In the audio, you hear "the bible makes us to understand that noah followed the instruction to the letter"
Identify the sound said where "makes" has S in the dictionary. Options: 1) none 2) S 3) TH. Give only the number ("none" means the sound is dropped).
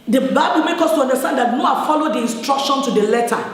1